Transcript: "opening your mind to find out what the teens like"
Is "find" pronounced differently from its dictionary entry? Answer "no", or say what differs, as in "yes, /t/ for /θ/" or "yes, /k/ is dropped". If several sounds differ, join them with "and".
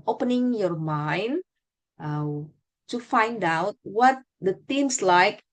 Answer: no